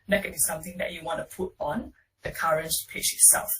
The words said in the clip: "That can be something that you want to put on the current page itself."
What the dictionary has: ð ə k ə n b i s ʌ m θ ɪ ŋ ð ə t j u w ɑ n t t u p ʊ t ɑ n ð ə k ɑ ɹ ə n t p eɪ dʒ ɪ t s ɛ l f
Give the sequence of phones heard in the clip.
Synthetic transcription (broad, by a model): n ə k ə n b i s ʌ m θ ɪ ŋ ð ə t j u w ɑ n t t u p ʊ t ɑ n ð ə k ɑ ɹ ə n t p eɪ tʃ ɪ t s ɛ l f